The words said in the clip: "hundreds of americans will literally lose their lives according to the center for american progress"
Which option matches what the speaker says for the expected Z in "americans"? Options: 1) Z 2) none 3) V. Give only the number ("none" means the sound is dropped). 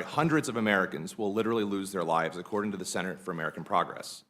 1